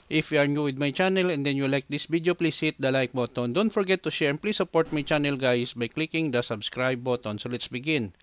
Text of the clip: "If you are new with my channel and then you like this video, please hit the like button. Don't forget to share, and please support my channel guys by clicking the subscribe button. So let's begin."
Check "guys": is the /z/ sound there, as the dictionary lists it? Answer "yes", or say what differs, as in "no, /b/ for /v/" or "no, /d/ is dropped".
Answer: no, /s/ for /z/